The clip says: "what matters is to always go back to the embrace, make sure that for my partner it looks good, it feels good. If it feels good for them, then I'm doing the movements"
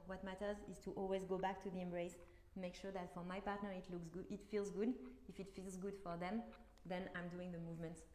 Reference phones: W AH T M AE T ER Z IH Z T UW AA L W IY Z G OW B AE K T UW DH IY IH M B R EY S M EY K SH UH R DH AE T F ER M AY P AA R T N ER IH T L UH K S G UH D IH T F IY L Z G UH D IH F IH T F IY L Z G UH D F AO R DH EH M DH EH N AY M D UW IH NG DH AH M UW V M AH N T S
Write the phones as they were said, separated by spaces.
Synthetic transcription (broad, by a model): W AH T M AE T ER Z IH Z T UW AA L W IY Z G OW B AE K T UW DH IY IH M B R EY S M EY K SH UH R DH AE T F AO M AY P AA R T N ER IH T L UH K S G IH T F IY L Z G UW D IH F IH T F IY L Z G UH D F AO R DH EH M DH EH N AY M D UW IH NG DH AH M UW V M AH N T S